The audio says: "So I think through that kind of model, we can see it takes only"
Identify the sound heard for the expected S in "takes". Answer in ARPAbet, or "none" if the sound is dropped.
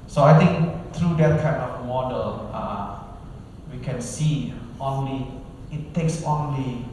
S